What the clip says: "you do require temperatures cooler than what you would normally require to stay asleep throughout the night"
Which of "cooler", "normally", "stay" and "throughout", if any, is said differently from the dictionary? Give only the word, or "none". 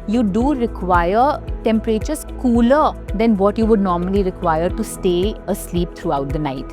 throughout